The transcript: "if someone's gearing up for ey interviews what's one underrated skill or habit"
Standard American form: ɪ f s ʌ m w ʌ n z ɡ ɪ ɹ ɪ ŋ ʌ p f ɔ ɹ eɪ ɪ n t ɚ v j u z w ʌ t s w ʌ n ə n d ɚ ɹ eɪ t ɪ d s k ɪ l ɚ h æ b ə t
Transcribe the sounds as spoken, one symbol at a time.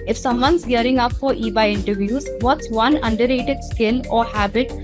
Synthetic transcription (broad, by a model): ɪ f s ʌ m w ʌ n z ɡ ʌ ɹ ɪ ŋ ʌ p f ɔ ɹ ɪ ɪ n t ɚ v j u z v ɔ t s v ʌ n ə n d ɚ ɹ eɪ t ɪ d s k ɪ n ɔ h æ b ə t